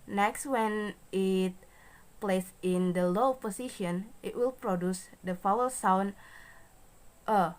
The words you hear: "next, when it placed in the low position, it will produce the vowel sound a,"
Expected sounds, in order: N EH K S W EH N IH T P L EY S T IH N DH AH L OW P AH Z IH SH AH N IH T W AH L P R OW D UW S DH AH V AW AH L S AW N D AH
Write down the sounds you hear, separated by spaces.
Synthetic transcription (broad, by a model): N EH K S W EH N IH T P L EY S IH N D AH L OW P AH S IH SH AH N IH T W AH L P R OW D UW S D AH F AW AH L S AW N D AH